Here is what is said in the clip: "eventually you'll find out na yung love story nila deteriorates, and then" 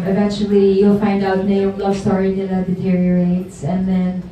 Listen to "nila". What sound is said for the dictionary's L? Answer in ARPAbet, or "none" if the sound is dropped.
N